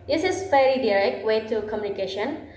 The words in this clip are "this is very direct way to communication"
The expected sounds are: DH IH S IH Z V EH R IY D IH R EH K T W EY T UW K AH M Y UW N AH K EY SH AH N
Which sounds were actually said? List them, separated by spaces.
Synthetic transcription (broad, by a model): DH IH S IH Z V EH L IY D IH R EH K T W EY T UW K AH M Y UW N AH K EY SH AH N